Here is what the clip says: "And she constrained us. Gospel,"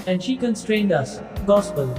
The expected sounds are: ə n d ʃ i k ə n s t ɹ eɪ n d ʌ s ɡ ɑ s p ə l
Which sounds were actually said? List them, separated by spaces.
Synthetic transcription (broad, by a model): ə n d ʃ i k ə n s t ɹ eɪ n d ʌ s ɡ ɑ s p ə l